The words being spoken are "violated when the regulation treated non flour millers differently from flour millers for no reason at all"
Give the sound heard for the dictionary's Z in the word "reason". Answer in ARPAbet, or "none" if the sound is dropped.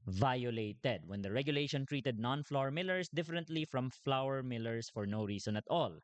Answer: S